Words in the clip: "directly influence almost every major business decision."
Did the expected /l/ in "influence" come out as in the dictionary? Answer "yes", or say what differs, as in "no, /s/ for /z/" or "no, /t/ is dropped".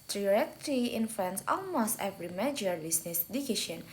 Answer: no, /l/ is dropped